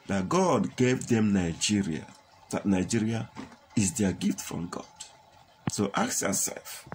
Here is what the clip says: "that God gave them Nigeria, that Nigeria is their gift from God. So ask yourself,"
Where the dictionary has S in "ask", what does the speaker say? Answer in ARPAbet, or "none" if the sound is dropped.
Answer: none